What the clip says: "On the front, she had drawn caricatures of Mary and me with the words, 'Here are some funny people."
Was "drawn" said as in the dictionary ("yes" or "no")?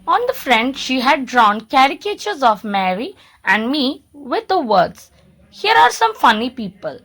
yes